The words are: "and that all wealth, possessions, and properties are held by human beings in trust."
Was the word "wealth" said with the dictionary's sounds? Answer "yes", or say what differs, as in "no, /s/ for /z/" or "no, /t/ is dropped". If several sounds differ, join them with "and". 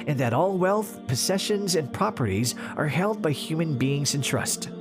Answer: yes